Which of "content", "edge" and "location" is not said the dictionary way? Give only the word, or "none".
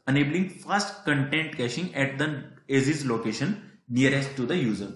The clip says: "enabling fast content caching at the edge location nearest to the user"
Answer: edge